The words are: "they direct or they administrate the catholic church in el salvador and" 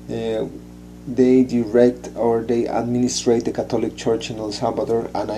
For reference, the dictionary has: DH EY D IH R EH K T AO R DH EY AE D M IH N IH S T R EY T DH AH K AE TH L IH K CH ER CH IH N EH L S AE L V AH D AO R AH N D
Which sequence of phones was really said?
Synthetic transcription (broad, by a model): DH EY D IH R EH K T AO R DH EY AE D M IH N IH S T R EY T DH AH K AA T L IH K CH ER CH IH N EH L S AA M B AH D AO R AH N